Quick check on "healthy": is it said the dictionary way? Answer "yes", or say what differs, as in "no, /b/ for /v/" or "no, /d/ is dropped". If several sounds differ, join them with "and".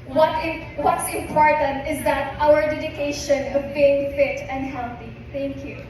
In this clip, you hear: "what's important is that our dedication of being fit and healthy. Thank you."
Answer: no, /t/ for /θ/